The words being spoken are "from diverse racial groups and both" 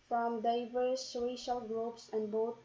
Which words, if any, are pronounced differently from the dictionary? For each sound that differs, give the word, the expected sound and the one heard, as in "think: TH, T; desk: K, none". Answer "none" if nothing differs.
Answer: none